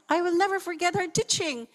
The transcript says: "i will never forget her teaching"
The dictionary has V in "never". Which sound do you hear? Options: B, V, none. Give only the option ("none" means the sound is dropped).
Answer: V